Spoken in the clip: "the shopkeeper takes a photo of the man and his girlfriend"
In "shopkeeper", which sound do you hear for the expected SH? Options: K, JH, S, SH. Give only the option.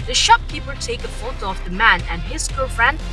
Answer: SH